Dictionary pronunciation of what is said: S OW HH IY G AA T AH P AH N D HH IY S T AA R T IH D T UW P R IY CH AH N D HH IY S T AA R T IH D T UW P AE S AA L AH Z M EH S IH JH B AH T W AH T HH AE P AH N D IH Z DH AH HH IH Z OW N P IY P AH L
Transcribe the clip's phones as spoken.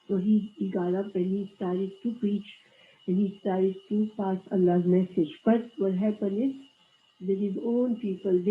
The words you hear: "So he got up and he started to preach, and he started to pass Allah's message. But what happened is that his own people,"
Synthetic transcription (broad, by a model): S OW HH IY G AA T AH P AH N HH IY S T AA R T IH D T UW P R IY CH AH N HH IY S T AA R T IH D T UW P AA S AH L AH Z M EH S IH JH B AH T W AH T HH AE P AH N IH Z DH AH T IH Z OW N P IY P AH L